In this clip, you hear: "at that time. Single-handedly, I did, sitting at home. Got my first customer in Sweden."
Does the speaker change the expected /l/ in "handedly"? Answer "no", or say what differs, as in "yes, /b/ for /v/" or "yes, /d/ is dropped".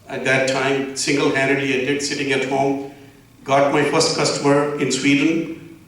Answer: yes, /l/ is dropped